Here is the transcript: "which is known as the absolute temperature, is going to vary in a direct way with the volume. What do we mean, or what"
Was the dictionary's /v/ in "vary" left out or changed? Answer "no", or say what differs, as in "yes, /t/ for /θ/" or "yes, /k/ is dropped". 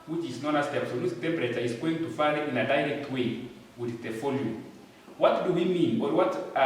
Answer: yes, /f/ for /v/